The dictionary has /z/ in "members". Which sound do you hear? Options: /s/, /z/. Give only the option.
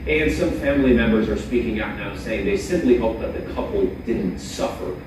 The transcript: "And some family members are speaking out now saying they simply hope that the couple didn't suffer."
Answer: /z/